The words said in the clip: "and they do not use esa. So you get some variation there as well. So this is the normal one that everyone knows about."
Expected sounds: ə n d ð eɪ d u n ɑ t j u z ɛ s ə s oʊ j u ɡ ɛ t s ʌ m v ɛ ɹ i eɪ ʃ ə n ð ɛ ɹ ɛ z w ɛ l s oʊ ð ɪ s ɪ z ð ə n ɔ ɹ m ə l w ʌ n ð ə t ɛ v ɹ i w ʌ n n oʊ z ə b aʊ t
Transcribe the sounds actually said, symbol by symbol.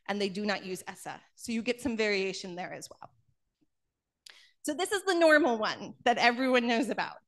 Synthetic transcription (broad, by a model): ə n ð eɪ d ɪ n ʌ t j u z ɛ s ə s oʊ j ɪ ɡ ɛ t s ʌ m v ɛ ɹ i eɪ ʃ ə n ð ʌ ɹ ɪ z w ɛ l s oʊ ð ɪ s ɪ z ð ə n ɔ ɹ m l w ʌ n ð ə t ɛ v ɹ i w ʌ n n oʊ z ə b aʊ t